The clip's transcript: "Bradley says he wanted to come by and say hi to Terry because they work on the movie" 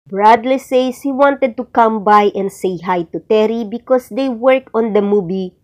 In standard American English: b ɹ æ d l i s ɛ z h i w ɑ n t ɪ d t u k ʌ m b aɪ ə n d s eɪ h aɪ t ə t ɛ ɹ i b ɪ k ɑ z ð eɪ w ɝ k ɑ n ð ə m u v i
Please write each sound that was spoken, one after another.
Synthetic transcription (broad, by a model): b ɹ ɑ d l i s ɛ s h i w ɑ n t ɪ d t u k ʌ m b aɪ ə n d s eɪ h aɪ t ə t ɛ ɹ i b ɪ k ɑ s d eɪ w ɝ k ɑ n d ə m u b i